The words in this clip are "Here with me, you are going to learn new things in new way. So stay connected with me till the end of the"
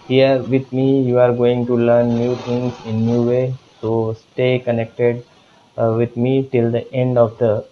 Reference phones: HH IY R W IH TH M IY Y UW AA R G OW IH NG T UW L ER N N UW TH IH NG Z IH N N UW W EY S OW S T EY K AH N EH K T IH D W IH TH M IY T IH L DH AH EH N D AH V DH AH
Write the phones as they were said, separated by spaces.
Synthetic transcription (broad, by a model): HH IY R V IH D M IY Y UW AA R G OW IH NG T UW L ER N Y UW T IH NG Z IH N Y UW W EY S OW S T EY K AH N EH K T IH D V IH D M IY T IH L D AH EH N D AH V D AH